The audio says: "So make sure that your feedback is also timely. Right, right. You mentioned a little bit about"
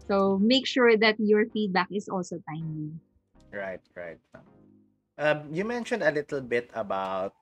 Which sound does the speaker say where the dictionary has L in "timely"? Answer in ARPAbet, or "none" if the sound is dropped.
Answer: none